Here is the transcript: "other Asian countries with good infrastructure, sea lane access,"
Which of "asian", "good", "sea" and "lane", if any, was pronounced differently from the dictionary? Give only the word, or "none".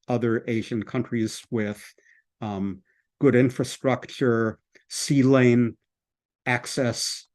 none